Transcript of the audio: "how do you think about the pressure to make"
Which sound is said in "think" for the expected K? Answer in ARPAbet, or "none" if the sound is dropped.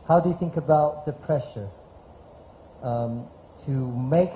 K